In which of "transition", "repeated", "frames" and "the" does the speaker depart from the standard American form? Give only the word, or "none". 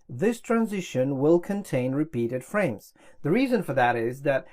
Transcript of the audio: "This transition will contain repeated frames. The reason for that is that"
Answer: none